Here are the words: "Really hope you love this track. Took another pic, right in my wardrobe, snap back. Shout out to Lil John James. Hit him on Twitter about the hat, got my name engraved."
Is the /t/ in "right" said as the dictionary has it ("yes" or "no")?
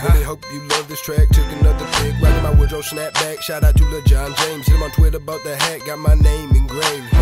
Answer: no